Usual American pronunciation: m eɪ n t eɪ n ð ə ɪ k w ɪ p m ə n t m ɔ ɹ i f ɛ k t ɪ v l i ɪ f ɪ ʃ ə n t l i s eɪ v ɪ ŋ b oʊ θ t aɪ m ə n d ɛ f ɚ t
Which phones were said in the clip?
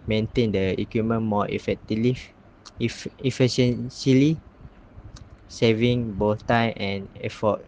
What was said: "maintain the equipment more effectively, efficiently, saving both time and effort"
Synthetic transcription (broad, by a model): m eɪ n t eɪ n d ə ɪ k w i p m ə n m ɔ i f ɛ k t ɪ l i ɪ f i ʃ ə n s l i s eɪ v ɪ ŋ b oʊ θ t aɪ m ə n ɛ f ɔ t